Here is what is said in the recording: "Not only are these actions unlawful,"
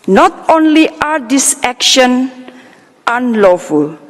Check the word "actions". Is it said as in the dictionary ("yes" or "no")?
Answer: no